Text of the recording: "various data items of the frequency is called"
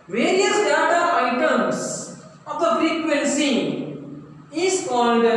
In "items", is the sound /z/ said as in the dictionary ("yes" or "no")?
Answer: no